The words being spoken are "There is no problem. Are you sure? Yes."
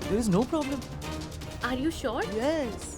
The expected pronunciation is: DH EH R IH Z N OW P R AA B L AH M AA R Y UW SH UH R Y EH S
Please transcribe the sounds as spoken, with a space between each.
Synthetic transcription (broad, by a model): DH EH R IH Z N OW P R AA B L AH M AA R Y UW SH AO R Y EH S